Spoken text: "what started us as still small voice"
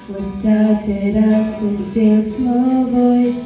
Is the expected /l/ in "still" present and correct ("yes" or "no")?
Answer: no